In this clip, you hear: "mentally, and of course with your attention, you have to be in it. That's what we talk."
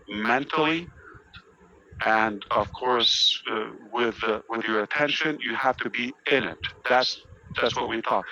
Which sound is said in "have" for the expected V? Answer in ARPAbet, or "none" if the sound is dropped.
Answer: F